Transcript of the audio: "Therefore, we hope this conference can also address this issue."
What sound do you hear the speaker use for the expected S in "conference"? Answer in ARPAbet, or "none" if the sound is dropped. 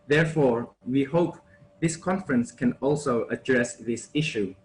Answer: S